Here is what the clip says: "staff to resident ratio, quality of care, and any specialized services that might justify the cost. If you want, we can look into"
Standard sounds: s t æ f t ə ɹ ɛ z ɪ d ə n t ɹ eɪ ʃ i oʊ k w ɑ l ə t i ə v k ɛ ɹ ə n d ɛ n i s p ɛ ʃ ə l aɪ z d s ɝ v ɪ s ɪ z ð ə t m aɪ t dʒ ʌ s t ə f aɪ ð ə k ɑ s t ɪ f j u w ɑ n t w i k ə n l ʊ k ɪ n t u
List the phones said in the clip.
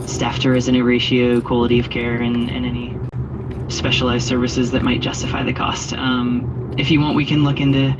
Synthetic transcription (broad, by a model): s t æ f t ə ɹ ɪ z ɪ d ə t ɹ eɪ ʃ i oʊ k w ɑ l ə t i ə v k ɛ ɹ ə n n ɛ n i s p ɛ ʃ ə l aɪ z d s ɝ v ɪ s ɪ z ð ə t m aɪ t ʒ ʌ s t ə f aɪ ð ə k ɑ s t ɪ f j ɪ w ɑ n t w i k ə n l ʊ k ɪ n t u